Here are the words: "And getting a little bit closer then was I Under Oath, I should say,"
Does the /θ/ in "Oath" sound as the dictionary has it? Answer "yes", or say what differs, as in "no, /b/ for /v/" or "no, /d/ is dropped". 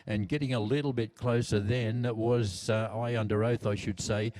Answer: yes